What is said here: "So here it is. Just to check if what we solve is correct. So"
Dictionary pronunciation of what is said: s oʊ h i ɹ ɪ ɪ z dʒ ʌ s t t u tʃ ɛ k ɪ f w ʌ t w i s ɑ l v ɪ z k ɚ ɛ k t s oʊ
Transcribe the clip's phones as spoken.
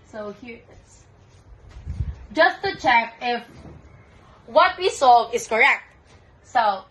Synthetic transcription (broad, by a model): s oʊ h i ɪ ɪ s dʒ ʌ s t t u tʃ ɛ k ɪ f w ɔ t w i s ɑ v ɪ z k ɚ ɛ k t s oʊ